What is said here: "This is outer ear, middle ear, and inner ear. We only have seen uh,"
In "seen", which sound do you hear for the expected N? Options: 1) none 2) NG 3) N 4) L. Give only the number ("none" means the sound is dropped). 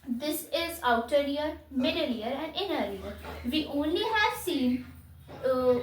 3